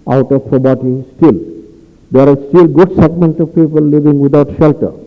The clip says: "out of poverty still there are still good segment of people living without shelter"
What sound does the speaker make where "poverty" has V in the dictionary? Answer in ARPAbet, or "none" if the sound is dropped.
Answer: B